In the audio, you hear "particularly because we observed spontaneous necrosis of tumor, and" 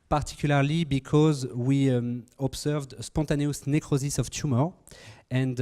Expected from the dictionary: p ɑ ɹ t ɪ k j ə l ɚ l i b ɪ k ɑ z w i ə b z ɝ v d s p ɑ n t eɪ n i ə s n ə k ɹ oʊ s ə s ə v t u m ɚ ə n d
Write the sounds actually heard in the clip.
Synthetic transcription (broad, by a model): p ɑ ɹ t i k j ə l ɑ l i b ɪ k ɑ z w i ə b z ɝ v d s p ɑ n t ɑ n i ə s n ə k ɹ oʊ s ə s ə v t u m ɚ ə n d